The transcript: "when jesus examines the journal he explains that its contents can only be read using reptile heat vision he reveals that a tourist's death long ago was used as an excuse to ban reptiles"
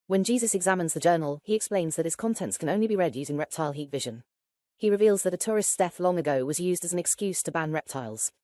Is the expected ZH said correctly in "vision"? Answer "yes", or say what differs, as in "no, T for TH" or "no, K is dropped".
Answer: yes